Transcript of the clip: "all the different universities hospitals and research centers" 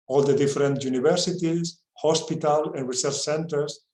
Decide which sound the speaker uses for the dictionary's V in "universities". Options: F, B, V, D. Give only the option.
B